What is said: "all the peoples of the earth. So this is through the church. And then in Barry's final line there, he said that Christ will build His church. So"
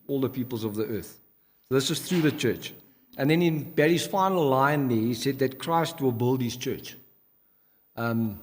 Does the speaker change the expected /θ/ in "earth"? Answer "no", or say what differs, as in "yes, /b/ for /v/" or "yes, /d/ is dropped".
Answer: no